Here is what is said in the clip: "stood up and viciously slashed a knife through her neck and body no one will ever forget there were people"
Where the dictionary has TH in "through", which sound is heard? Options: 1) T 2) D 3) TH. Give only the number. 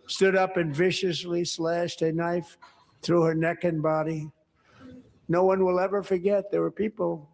3